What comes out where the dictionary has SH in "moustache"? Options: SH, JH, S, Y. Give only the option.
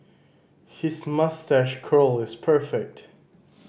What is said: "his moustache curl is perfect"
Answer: SH